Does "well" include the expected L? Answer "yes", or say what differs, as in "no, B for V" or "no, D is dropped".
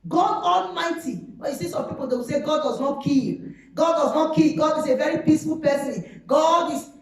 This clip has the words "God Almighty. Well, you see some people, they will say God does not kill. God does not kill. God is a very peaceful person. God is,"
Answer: no, N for L